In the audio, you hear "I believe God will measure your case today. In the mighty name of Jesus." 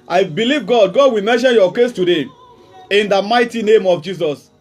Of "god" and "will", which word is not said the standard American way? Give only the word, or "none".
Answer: will